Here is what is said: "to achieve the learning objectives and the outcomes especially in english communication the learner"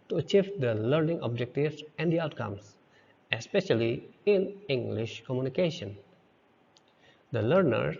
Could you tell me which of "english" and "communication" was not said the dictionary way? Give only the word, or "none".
none